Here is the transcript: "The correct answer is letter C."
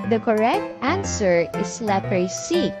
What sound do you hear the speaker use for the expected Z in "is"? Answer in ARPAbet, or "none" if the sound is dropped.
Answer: S